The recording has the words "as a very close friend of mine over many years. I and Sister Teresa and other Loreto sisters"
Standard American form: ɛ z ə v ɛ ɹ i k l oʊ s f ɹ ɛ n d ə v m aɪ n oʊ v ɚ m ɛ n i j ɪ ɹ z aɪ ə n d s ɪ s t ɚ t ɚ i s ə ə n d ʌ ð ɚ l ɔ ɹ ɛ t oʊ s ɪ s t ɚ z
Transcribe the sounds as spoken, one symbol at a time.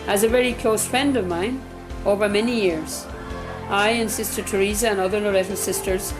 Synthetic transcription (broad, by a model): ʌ z ə v ɛ ɹ i k l oʊ s f ɹ ɛ n d ə v m aɪ n oʊ v ɚ m ɛ n i j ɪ ɹ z aɪ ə n s ɪ s t ɚ t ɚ i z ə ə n ʌ ð ɚ l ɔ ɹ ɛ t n s ɪ s t ɚ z